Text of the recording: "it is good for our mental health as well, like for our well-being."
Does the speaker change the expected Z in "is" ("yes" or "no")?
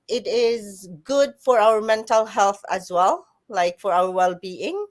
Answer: no